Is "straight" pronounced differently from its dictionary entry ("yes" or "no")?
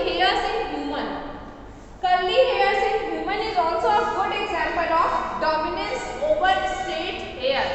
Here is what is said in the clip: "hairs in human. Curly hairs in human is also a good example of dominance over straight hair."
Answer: yes